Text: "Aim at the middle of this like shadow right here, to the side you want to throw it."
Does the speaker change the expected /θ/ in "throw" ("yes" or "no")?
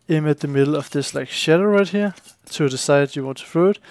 yes